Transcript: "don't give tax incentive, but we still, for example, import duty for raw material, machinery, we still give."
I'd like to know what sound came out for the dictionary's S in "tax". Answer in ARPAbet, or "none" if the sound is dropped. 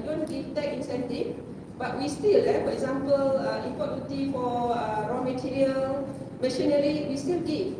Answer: none